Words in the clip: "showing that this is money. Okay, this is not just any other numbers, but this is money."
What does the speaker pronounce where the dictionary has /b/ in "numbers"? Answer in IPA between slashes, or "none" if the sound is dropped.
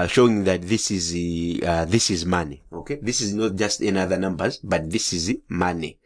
/b/